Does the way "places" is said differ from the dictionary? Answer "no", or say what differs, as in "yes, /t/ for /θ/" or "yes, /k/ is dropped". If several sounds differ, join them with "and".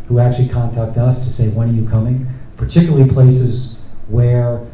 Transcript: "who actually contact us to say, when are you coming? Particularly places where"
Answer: no